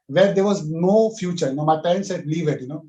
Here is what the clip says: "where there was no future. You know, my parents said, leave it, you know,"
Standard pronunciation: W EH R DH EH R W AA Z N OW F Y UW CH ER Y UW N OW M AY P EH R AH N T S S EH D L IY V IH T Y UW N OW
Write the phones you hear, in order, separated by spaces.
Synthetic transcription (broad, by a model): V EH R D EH R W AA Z N OW F Y UW CH ER Y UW N OW M AY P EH AH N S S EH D L IY V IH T Y UW N OW